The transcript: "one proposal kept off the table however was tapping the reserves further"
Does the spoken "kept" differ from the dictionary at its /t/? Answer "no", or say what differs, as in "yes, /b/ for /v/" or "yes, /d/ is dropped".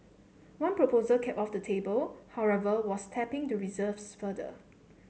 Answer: yes, /t/ is dropped